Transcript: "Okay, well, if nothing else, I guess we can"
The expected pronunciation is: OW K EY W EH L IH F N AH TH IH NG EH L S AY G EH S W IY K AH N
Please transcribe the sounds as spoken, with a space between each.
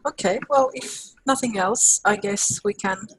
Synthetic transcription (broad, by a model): OW K EY W EH L IH F N AH TH IH NG EH L S AY G EH S W IY K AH N